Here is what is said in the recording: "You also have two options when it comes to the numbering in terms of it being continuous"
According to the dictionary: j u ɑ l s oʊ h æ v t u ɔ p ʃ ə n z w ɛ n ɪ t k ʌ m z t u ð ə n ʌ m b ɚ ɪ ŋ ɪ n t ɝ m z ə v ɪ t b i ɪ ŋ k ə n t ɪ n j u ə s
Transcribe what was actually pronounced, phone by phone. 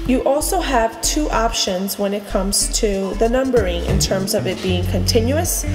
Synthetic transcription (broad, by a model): j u ɑ l s oʊ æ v t u ɔ p ʃ ə n z w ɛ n ɪ t k ʌ m z t u ð ə n ʌ m b ɚ ɪ ŋ ɪ n t ɝ m z ə v ɪ t b i ɪ ŋ k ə n t ɪ n j u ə s